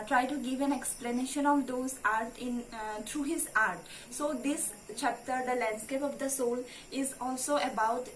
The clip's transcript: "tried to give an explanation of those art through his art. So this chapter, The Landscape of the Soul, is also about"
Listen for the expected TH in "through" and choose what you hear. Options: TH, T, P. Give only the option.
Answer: T